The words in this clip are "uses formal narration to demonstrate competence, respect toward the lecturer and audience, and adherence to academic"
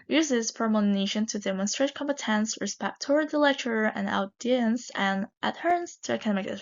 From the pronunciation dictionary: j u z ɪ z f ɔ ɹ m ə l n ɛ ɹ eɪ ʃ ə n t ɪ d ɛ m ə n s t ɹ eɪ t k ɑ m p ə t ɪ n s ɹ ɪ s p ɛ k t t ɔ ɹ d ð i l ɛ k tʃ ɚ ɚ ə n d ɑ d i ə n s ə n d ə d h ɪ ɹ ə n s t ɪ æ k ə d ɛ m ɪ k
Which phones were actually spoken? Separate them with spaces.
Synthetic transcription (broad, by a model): j u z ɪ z p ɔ ɹ m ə n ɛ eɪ ʃ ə n t ɪ d ɛ m ə n s t ɹ eɪ t k ɑ m p ə t ɪ n s ɹ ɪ s p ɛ k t t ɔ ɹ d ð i l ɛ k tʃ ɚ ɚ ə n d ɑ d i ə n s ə n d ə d h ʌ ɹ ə n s t ɪ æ k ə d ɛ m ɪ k